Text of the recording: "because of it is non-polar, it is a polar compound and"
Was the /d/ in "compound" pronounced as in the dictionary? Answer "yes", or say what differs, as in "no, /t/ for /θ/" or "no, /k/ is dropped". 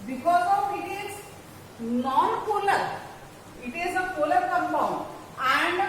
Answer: no, /d/ is dropped